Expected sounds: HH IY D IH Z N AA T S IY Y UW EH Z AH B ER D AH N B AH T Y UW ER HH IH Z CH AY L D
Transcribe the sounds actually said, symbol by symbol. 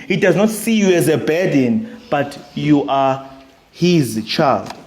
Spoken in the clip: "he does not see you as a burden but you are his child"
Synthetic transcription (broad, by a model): HH IY D IH Z N AA T S IY Y UW EH Z AH B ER D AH N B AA T Y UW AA HH IH Z CH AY L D